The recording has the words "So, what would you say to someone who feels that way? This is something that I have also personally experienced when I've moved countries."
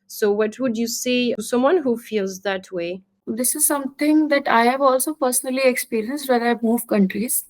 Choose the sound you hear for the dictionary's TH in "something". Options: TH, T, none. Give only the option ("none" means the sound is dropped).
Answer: T